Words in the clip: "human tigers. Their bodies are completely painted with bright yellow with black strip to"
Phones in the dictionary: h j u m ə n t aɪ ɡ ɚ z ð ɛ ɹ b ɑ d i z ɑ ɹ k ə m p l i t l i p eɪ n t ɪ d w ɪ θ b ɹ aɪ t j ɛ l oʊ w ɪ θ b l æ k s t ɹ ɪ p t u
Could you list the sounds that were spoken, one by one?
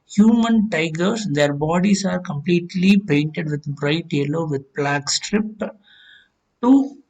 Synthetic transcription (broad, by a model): h j u m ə n t aɪ ɡ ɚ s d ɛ ɹ b ɑ d i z ɑ ɹ k ə m p l i t l i p eɪ n t ɪ d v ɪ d b ɹ aɪ t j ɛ l oʊ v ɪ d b l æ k s t ɹ ɪ p t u